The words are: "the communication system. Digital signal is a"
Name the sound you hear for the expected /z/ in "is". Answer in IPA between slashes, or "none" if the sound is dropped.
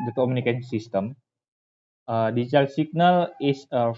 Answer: /s/